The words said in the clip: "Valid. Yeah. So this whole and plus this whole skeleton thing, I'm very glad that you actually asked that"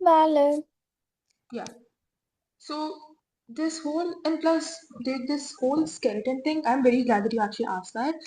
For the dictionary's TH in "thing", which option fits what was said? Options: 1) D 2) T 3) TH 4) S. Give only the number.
2